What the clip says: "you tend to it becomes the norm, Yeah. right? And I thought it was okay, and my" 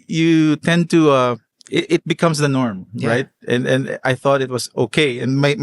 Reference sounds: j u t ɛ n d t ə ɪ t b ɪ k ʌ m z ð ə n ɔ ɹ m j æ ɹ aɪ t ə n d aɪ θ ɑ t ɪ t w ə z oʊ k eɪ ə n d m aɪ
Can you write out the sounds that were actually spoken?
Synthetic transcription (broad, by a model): j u t ɛ n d t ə ɪ t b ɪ k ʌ m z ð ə n ɔ ɹ m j ɹ aɪ t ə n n aɪ θ ɑ t ɪ t w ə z oʊ k eɪ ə n m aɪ